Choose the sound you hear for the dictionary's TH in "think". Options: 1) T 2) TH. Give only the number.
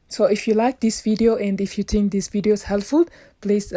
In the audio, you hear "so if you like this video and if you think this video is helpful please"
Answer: 1